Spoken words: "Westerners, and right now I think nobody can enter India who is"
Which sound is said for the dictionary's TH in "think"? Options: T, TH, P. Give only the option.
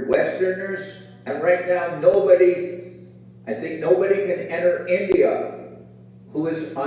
TH